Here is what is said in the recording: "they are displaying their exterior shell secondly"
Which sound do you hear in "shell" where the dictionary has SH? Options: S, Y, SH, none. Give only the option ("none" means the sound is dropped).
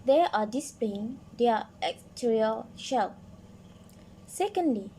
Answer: SH